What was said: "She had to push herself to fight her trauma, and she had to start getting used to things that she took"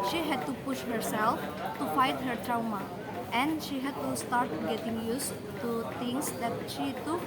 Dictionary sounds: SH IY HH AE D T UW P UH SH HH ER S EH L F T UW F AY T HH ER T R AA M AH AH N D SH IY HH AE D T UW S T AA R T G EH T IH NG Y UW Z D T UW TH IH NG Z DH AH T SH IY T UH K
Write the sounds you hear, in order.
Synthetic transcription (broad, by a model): SH IY HH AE D T UW P UH SH HH ER S EH L F T UW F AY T HH ER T R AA M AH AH N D SH IY HH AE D T UW S T AA R T G EH T IH NG Y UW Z T UW T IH NG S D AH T SH IY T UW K